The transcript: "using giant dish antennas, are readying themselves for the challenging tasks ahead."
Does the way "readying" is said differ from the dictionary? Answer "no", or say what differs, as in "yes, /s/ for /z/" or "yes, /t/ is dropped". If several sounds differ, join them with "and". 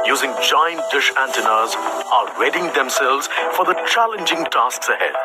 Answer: yes, /w/ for /ɹ/